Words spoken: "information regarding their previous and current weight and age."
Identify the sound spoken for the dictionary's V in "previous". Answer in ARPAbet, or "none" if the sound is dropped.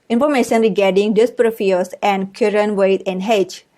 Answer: F